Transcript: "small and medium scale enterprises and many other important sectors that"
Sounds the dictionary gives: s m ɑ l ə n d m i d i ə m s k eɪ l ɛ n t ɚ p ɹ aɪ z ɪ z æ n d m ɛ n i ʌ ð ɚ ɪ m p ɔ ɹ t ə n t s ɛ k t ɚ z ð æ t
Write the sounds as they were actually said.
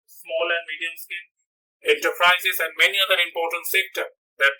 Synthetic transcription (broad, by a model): s m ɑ l ə n d m i d i ə m s k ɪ n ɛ n t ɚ p ɹ aɪ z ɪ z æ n d m ɛ n i ʌ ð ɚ ɪ m p ɔ ɹ t ə n t s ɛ k t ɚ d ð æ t